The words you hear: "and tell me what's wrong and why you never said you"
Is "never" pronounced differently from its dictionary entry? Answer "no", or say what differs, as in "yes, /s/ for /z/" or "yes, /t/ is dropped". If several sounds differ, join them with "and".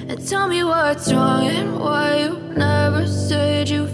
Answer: no